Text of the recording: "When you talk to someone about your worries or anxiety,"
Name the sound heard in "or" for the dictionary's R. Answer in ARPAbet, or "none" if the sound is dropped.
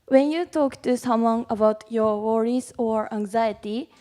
R